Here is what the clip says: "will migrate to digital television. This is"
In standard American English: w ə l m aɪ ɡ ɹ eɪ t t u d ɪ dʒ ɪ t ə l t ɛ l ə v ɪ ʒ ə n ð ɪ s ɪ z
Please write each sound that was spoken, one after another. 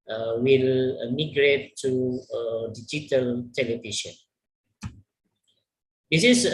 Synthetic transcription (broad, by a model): w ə l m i ɡ ɹ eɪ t t u d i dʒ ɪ t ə l t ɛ l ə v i ʃ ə n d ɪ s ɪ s